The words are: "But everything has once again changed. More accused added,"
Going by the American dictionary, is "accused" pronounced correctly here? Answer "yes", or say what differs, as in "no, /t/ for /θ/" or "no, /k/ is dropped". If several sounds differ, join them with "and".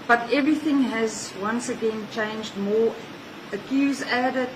no, /d/ is dropped